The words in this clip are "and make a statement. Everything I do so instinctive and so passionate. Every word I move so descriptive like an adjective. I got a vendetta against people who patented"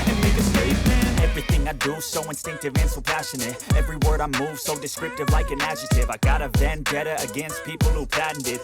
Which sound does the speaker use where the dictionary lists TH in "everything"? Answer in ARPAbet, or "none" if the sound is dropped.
TH